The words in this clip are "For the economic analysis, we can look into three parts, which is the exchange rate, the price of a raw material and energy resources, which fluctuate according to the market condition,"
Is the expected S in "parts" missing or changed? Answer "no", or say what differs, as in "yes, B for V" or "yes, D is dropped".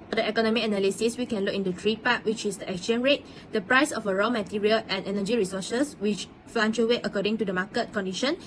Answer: yes, S is dropped